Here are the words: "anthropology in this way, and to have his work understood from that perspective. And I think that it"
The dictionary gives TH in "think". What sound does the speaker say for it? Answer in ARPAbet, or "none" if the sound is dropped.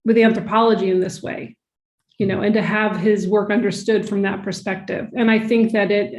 TH